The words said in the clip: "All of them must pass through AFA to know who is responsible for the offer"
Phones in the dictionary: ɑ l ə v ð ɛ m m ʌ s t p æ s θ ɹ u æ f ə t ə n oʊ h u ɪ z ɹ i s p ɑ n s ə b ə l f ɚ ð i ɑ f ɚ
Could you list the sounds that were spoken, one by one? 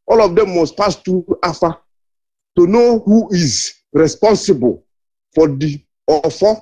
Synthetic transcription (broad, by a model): ɑ l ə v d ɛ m m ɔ s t p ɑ s t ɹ u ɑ f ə t ə n oʊ h u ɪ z ɹ i s p ɑ n s ə b ə l f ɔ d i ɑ f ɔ